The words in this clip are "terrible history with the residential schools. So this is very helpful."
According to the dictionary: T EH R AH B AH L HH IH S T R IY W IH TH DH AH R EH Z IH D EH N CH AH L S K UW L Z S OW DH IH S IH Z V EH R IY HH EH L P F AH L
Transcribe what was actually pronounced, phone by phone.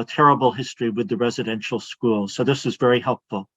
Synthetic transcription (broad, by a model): T EH R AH B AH L HH IH S T R IY W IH DH AH R EH Z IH D EH N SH L S K UW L S OW DH IH S IH Z V EH R IY HH EH L P F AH L